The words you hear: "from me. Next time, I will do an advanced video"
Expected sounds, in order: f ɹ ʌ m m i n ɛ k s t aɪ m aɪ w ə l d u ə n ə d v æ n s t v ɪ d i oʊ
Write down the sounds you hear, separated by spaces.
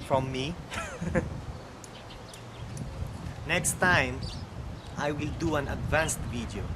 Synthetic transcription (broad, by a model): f ɹ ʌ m m i n ɛ k s t aɪ m aɪ w ə l d u ə n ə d v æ n s t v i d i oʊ